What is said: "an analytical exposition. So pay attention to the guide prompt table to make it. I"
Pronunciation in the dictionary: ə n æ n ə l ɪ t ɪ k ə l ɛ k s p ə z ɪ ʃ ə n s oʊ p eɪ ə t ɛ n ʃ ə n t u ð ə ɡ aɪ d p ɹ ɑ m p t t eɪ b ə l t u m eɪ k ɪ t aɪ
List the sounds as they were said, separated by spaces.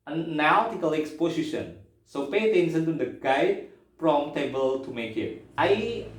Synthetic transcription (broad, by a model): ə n n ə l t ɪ k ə l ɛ k s p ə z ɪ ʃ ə n s oʊ p eɪ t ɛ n s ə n t u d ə ɡ aɪ d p ɹ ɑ m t t eɪ b ə l t u m eɪ k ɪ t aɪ